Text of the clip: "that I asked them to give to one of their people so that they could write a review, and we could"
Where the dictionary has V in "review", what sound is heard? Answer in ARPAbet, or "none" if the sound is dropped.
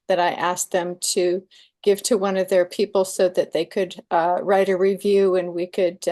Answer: V